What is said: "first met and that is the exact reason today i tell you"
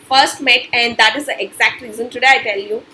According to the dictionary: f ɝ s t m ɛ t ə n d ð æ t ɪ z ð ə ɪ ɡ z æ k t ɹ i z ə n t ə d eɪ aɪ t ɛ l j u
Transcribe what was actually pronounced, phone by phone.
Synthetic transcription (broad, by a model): f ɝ s t m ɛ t ə n d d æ t ɪ z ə ɪ ɡ z æ k t ɹ i z ə n t ə d eɪ aɪ t ɛ l j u